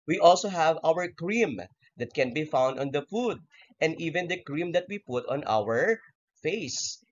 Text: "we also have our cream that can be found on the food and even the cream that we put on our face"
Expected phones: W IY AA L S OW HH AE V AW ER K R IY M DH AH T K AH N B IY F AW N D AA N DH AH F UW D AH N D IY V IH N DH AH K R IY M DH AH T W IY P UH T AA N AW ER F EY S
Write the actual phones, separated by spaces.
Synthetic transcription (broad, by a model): W IY AA L S OW HH AE V AW ER K R IY M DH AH T K AH N B IY F AW N D AA N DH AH F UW D AH N D IY V IH N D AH K R IY M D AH T W IY P UH T AA N AW ER F EY S